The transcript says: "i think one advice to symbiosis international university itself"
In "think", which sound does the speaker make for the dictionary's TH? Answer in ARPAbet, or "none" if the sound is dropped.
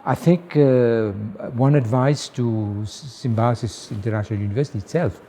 TH